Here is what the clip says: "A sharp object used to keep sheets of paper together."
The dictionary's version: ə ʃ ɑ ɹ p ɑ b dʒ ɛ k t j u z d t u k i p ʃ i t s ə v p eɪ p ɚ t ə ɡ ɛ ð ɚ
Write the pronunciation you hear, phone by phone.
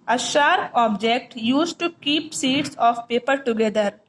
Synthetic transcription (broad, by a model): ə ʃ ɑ ɹ ɑ b dʒ ɛ k t j u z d t u k i p s i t s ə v p eɪ p ɚ t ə ɡ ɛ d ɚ